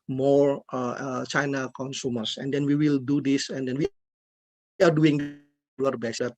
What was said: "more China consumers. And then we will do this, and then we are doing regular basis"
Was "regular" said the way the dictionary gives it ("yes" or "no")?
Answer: no